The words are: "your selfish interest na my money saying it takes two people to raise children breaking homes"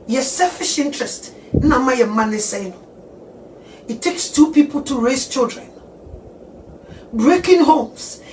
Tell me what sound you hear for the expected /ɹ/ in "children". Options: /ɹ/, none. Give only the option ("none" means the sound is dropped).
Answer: /ɹ/